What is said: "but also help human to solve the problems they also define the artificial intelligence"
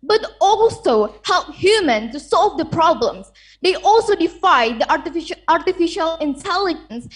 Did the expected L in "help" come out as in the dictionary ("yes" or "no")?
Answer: yes